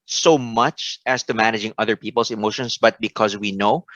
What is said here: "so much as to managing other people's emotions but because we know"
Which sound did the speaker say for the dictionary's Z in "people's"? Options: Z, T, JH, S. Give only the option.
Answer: S